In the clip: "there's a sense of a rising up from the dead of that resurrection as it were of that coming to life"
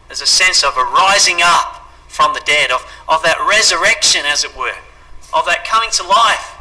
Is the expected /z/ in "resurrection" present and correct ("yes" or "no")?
yes